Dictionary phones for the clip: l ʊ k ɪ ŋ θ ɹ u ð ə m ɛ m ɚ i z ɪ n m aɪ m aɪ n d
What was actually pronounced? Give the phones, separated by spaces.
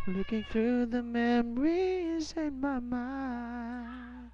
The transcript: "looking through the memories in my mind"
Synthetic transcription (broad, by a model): l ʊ k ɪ ŋ θ ɹ u ð ə m ɛ m ɚ i z ɪ n m aɪ m aɪ n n